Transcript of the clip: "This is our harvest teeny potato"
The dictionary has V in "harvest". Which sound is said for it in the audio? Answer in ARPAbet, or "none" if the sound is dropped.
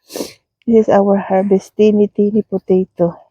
B